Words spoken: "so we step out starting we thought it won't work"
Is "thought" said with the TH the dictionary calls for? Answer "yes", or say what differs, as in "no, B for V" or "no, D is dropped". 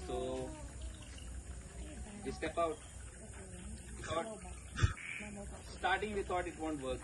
no, T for TH